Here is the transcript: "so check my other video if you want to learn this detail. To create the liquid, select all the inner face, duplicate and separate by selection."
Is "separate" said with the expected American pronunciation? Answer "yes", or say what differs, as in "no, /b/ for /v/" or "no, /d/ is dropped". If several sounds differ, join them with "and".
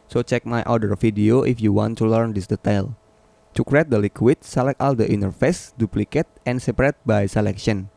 yes